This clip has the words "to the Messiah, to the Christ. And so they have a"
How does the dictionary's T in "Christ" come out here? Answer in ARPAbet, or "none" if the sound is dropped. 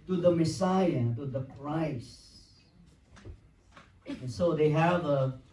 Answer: none